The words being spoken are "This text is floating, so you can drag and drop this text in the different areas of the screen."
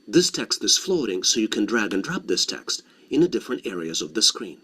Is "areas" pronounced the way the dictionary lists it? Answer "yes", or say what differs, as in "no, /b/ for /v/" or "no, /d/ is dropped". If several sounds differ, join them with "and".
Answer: yes